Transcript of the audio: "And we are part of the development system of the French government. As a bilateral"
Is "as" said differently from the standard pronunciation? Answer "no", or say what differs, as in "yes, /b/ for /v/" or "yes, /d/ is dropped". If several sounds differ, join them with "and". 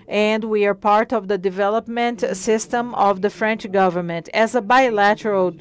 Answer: no